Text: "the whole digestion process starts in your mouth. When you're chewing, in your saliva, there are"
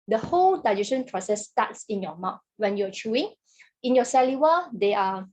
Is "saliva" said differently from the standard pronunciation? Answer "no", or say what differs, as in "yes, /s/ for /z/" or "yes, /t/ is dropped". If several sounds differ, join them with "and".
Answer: yes, /w/ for /v/